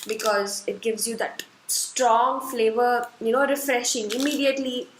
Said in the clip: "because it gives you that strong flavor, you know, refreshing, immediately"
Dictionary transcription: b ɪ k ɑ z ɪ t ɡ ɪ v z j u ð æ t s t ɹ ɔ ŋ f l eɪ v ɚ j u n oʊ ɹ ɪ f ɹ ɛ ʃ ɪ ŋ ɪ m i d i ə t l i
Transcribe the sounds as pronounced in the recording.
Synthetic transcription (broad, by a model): b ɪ k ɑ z ɪ t ɡ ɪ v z j u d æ t s t ɹ ɔ ŋ f l eɪ v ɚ j u n oʊ ɹ ɪ f ɹ ɛ ʃ ɪ ŋ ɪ m i d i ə t l i